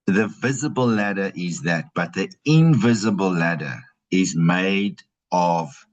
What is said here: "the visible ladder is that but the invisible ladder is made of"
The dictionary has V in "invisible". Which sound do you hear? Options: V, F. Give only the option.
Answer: V